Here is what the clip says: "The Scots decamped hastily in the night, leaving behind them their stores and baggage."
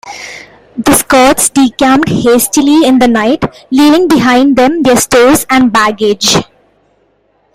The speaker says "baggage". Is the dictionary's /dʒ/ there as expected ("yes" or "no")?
yes